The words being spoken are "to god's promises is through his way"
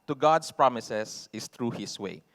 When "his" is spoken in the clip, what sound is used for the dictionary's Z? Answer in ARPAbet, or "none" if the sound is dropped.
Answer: S